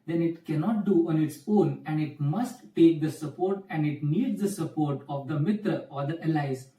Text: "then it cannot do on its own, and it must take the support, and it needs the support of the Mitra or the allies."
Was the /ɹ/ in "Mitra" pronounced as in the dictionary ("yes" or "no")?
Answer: no